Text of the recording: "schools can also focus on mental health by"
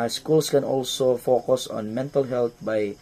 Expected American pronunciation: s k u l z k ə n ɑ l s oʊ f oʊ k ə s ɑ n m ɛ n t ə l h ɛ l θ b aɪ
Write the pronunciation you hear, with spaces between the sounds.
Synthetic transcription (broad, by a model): s k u l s k ə n ɑ l s oʊ f oʊ k ə s ɑ n m ɛ n t ə l h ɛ l t b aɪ